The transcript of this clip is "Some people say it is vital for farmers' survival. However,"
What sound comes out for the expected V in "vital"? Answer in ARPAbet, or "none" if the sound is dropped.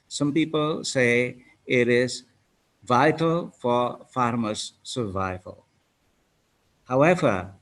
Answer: V